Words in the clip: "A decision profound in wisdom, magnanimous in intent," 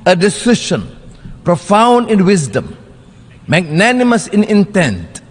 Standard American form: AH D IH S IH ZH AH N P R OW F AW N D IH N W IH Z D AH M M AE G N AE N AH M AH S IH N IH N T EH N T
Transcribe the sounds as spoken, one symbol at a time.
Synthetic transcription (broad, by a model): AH D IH S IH SH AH N P R OW F AW N D IH N W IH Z D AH M M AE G N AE N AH M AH S IH N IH N T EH N T